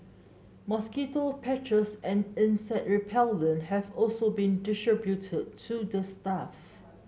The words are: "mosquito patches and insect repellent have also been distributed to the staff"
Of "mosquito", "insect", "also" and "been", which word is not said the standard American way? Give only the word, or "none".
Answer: insect